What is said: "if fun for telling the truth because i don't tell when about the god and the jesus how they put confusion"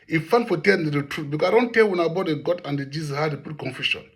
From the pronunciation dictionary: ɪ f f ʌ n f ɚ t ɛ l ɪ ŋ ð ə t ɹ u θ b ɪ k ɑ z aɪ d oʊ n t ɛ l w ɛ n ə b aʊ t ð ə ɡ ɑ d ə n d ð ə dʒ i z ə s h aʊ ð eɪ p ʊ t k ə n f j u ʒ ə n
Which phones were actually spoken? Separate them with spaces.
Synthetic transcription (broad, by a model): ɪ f f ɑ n f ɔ t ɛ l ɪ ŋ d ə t ɹ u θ b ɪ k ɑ aɪ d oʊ n t ɛ l w ɛ n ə b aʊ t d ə ɡ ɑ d ə n d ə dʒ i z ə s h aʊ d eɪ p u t k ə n f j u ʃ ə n